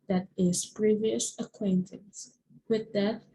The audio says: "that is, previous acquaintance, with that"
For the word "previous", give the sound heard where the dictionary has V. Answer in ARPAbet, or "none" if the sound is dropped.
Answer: V